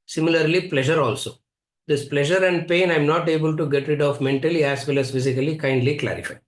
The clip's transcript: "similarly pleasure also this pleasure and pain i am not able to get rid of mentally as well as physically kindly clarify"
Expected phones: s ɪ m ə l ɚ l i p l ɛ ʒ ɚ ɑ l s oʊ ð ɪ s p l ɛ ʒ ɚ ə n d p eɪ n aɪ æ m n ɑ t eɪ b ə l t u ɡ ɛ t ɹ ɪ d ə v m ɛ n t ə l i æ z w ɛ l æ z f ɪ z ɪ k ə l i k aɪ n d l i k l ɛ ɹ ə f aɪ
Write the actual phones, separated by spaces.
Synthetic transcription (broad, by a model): s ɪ m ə l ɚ l i p l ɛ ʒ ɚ ɑ l s oʊ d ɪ s p l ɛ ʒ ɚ ə n d p eɪ n aɪ m n ɑ t eɪ b ə l t u ɡ ɛ t ɹ ɪ d ə v m ɛ n t ə l i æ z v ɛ l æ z f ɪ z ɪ k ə l i k aɪ n d l i k l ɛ ɹ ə f aɪ